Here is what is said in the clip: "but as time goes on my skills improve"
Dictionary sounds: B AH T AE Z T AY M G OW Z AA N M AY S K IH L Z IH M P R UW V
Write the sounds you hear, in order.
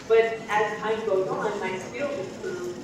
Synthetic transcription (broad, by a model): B AH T AE Z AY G OW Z AA N M AY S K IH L IH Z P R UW